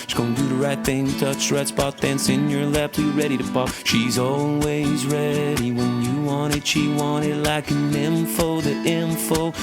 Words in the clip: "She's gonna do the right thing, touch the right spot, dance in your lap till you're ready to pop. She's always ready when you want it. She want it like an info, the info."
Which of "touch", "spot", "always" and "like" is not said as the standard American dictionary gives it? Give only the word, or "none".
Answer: spot